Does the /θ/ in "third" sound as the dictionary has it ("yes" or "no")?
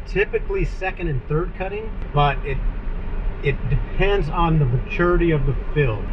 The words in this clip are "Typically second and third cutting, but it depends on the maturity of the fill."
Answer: yes